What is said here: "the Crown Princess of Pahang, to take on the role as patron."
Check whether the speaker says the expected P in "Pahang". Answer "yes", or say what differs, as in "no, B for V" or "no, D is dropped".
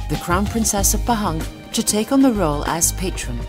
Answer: no, B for P